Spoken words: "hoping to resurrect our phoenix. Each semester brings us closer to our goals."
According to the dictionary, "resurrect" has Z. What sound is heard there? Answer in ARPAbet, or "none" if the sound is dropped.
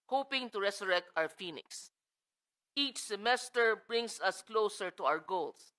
S